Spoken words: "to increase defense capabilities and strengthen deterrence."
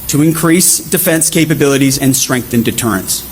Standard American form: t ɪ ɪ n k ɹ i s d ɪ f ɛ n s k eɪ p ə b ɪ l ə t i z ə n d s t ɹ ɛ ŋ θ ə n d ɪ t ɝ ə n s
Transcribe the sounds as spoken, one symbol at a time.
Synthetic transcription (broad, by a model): t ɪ ɪ n k ɹ i s d ɪ f ɛ n s k eɪ p ə b ɪ l ə t i z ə n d s t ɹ ɛ ŋ θ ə n d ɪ t ɝ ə n s